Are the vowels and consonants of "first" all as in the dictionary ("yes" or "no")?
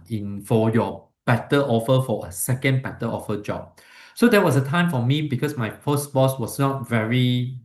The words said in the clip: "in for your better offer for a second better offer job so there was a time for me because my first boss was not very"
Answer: no